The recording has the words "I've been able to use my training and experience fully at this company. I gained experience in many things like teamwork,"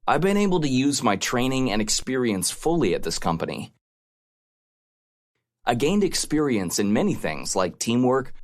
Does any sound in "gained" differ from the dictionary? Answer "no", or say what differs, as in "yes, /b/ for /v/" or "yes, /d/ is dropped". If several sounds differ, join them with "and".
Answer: no